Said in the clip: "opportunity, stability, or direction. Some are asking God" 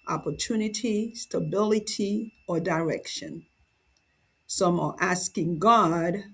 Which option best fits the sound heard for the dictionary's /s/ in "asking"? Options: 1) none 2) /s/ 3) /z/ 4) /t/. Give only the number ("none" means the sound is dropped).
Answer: 2